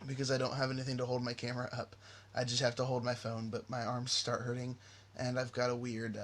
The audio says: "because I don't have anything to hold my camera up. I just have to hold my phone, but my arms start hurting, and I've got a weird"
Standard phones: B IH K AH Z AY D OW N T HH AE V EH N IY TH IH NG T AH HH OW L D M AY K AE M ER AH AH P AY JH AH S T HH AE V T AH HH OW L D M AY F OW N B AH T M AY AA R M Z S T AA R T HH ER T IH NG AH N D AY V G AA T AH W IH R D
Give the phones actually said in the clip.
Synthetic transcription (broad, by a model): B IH K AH Z AY D OW N T HH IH V EH N IY TH IH NG T AH HH OW L D M AY K AE M ER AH AH P AY JH AH S T HH AE F T AH HH OW L D M AY F OW N B AH T M AY AA R M Z S T AA R T HH ER T IH NG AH N AY V G AA T AH W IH R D